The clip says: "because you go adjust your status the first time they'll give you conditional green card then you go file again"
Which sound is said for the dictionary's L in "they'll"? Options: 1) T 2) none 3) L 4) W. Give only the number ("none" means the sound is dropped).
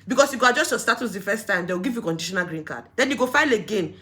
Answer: 4